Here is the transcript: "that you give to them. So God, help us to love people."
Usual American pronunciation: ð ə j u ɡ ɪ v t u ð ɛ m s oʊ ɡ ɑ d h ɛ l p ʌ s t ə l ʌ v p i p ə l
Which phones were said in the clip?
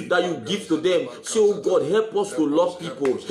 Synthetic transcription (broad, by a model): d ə j u ɡ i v t u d ɛ m s oʊ ɡ ɑ d h ɛ l p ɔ s t ə l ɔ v p i p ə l